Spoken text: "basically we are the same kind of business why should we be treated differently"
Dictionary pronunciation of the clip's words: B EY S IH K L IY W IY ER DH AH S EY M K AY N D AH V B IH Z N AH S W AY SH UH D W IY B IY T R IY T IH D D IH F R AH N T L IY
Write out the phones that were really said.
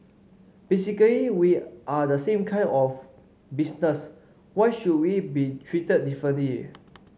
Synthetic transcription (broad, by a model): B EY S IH K L IY W IY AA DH AH S EY M K AY N AH F B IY S N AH S W AY SH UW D W IY B IY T R IY T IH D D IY F R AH N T L IY